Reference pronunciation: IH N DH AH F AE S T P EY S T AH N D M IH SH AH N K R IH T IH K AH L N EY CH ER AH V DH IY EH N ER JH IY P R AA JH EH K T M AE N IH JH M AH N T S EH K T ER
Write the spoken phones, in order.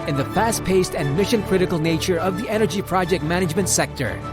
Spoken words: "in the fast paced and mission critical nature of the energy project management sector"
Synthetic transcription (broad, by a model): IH N DH AH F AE S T P EY S T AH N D M IH SH AH N K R IH T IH K L N EY CH ER AH V DH IY EH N ER JH IY P R AA JH EH K T M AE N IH JH M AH N T S EH K T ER